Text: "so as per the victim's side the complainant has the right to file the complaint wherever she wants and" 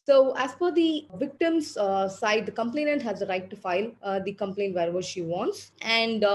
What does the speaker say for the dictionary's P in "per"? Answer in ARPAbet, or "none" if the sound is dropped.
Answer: F